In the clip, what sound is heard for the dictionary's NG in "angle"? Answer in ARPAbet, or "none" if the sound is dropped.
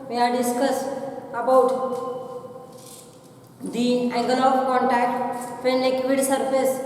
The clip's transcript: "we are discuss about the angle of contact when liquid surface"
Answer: none